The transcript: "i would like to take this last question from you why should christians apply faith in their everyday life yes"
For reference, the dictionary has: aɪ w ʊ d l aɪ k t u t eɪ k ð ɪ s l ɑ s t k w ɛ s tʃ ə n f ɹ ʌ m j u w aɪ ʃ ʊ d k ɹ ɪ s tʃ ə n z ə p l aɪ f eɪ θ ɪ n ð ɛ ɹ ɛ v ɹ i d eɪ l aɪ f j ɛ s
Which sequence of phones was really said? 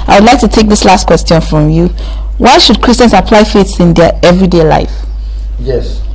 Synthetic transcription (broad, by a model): aɪ w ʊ d l aɪ k t u t eɪ k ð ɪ s l ɑ s t k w ɛ s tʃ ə n f ɹ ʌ m j u w aɪ ʃ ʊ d k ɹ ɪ s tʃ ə n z ə p l aɪ f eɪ s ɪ n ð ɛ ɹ ɛ v ɹ i d eɪ l aɪ f j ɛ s